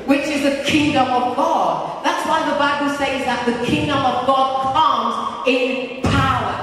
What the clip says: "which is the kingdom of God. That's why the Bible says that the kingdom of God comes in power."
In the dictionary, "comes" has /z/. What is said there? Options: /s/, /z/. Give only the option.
/z/